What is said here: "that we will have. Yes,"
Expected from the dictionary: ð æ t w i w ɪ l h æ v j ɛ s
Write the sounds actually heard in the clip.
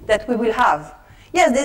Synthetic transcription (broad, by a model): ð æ t w i w ɪ l h æ v j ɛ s